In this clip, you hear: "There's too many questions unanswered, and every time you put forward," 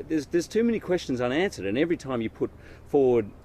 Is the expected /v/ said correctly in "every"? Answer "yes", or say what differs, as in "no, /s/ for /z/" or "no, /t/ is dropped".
yes